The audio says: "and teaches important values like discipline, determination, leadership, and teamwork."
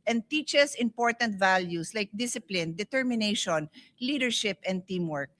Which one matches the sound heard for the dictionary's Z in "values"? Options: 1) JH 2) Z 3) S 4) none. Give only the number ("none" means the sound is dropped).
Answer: 3